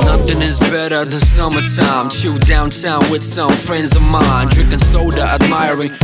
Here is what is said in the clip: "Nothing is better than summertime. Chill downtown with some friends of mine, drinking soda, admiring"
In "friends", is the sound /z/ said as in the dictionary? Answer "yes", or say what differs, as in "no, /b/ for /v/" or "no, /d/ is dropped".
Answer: yes